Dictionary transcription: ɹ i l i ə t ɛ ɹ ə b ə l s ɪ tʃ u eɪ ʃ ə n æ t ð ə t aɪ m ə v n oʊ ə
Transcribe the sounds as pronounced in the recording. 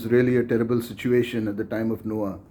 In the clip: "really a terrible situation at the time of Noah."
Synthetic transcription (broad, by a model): ɹ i l i ə t ɛ ɹ ə b ə l s ɪ tʃ u eɪ ʃ ə n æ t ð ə t aɪ m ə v n oʊ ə